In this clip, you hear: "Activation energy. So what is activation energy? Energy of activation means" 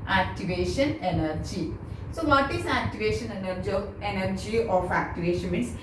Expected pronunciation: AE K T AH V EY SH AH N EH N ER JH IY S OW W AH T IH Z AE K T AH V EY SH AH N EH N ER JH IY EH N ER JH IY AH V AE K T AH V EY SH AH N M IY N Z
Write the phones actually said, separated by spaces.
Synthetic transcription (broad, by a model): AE K T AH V EY SH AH N EH N ER JH IY S OW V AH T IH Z AE K T AH V EY SH AH N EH N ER JH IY EH N ER JH IY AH F AE K T AH V EY SH AH N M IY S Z